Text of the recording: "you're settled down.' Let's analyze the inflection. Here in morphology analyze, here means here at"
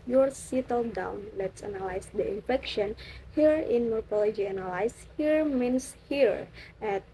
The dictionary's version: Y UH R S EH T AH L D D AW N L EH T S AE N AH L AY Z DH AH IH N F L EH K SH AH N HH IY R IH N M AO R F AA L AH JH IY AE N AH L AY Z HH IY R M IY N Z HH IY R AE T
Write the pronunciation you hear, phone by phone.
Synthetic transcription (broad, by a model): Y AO R S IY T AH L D D AW N L EH T S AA N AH L AY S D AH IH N F EH K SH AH N HH IY R IH N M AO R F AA L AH JH IY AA N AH L AY S HH IY R M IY N S HH IY R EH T